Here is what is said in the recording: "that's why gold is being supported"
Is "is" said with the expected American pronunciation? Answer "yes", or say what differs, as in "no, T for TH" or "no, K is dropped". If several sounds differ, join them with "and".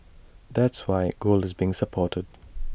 yes